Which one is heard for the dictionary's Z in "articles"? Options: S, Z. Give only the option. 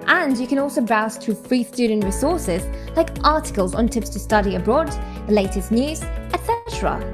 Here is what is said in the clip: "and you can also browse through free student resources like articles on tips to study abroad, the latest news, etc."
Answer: Z